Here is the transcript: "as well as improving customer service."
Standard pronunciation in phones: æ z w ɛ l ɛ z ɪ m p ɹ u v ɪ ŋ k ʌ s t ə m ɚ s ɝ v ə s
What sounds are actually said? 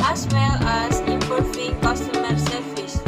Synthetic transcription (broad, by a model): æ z w ɛ l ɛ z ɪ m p u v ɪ k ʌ s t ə m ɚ s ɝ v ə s